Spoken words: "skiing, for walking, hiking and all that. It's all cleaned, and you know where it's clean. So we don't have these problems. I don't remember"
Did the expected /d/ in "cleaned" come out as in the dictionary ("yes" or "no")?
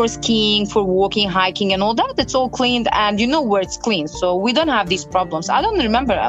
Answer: yes